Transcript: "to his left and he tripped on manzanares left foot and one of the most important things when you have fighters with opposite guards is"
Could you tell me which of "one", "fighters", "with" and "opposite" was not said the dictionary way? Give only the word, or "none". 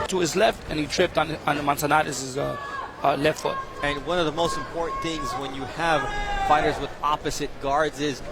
none